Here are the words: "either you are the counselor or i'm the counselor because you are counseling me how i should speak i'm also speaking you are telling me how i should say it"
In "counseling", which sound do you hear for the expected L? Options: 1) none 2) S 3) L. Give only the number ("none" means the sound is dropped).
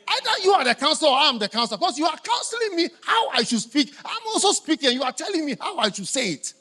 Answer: 3